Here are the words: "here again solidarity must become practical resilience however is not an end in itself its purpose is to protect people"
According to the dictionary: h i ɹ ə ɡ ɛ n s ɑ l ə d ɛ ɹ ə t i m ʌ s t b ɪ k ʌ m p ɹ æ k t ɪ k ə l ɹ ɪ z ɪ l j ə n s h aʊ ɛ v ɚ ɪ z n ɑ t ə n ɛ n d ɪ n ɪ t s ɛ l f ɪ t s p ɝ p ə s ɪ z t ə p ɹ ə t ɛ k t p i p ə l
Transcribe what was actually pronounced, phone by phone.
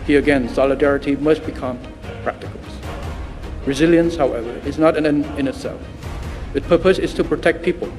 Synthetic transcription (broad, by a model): h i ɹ ə ɡ ɛ n s ɑ l ə d ɛ ɹ ə t i m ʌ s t b ɪ k ʌ m p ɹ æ k t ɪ k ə l ɹ ɪ z ɪ l j ə n s h aʊ ɛ v ɚ ɪ z n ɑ t ə n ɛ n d ɪ n ɪ t s ɛ l f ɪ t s p ɝ p ə s ɪ z t ə p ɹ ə t ɛ k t p i p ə l